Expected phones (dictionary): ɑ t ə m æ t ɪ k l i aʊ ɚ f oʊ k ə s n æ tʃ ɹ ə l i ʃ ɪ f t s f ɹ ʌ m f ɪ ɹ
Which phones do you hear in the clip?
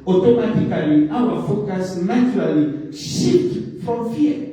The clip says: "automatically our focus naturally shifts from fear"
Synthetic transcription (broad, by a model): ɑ t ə m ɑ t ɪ k l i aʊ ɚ f oʊ k ə s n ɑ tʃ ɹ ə l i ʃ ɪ t f ɹ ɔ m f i